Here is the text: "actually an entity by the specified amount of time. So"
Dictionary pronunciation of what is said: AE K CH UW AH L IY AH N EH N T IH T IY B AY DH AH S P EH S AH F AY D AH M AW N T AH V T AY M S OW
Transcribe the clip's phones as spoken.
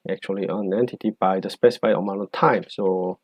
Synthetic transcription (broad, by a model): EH K CH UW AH L IY AH N EH N T IH T IY B AY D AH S P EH S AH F AY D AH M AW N AH T AY M S OW